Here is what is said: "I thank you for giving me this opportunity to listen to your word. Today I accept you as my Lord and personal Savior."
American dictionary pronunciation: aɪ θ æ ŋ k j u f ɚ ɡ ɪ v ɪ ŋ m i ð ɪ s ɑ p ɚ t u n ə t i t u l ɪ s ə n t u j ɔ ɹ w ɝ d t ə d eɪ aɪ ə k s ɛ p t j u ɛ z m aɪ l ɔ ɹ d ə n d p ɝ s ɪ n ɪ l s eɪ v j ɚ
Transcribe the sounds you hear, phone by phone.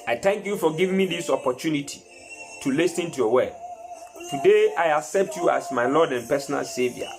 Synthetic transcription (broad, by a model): aɪ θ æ ŋ k j u f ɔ ɡ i v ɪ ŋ m i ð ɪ s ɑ p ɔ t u n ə t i t u l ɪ s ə n t u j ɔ w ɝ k t ə d eɪ aɪ ə k s ɛ p t j u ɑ s m aɪ l ɔ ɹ d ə n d p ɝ s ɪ n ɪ l s eɪ v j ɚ